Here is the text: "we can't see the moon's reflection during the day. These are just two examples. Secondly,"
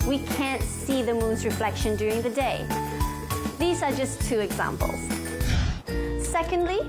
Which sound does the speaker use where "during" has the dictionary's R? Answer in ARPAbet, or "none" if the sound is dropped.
R